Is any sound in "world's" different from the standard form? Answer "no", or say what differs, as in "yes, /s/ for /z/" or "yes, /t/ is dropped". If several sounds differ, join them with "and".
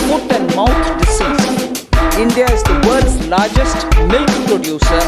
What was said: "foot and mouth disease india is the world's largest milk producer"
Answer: yes, /l/ is dropped